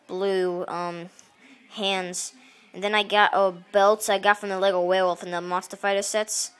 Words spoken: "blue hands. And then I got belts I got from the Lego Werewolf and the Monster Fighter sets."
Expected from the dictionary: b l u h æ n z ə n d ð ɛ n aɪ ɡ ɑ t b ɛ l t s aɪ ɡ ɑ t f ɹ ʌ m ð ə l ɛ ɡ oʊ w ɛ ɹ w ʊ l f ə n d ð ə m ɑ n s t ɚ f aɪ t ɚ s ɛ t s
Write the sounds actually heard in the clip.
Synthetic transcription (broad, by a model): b l u h æ n z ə n ð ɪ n aɪ ɡ ɑ t b ɛ l t s aɪ ɡ ɑ t f ɹ ʌ m ð ə l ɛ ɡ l w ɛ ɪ w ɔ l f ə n ð ə m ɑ s t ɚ f aɪ t ɚ s ɛ t s